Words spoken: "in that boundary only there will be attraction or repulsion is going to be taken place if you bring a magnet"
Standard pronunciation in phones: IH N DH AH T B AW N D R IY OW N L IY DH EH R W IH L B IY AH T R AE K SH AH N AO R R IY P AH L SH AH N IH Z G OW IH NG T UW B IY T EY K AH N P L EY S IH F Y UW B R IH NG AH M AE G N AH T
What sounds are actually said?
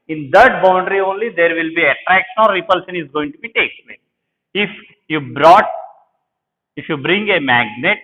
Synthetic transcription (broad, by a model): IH N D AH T B AW N D R IY OW N L IY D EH R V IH L B IY AH T R AE K SH AH N AO R R IY P AH L SH AH N IH Z G OW IH NG T UW B IY T EY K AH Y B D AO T IH F Y UW B R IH NG AH M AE G N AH T